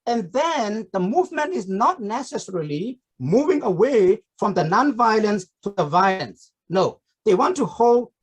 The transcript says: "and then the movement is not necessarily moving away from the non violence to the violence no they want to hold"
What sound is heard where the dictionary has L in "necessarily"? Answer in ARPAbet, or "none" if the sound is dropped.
L